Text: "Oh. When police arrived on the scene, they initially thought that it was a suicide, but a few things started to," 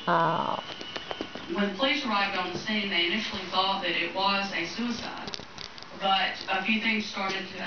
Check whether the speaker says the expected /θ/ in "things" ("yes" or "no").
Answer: yes